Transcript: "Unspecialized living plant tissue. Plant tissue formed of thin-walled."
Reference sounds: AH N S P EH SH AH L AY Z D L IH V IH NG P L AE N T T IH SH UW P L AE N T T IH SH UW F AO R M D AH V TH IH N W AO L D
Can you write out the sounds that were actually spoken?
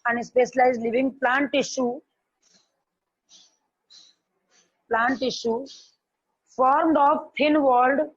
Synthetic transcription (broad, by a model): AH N S P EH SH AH L AY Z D L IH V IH NG P L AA N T T IH SH UW P L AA N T T IH SH UW F AO R M D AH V T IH N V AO L D